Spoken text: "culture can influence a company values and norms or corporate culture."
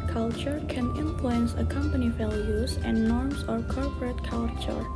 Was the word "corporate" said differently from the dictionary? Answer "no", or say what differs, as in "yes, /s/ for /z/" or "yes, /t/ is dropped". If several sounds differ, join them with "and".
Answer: no